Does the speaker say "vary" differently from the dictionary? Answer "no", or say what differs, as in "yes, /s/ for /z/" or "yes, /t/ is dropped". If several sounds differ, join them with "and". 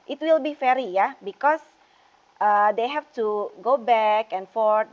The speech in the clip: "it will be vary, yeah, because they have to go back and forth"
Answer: yes, /f/ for /v/